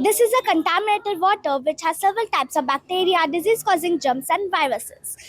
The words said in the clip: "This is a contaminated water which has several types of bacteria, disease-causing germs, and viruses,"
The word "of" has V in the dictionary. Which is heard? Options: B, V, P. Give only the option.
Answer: V